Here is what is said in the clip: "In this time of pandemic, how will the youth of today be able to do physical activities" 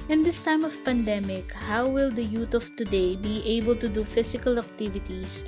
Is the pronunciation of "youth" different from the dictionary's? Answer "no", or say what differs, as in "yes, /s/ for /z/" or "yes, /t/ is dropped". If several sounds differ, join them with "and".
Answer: yes, /t/ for /θ/